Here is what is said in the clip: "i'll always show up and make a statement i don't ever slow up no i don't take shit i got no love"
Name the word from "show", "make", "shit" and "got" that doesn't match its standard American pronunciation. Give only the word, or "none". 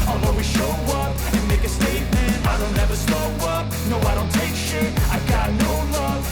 shit